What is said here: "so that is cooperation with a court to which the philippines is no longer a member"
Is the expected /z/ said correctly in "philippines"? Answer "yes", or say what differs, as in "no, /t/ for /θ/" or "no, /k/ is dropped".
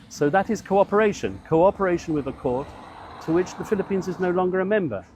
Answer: yes